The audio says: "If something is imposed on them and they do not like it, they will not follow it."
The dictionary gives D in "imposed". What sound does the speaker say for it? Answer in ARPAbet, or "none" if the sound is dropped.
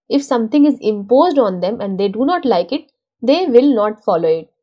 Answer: D